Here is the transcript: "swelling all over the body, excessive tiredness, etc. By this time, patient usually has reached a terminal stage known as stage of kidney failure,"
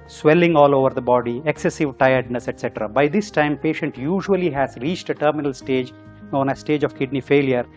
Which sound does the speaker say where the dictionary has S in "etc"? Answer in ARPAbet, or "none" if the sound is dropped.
S